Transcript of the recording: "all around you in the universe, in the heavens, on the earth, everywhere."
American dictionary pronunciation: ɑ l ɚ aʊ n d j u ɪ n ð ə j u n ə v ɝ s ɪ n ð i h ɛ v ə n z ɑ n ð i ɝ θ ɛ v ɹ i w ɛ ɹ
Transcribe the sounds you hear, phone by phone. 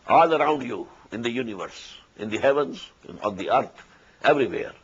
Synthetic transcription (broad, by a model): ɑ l ɚ aʊ n d j u ɪ n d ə j u n ə v ɝ s ɪ n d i h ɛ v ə n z ɑ n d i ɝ t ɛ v ɹ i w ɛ ɹ